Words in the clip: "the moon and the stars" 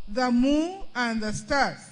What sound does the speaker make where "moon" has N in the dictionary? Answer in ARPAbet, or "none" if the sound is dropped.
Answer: none